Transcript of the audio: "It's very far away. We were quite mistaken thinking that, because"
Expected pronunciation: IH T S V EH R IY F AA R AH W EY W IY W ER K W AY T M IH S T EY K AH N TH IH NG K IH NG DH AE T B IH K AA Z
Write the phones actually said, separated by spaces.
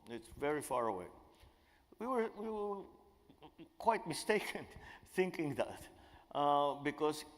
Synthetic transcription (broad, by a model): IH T S V EH R IY F AA R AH W EY W IY W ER K W AY T M IH S T EY K AH N TH IH NG K IH NG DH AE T B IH K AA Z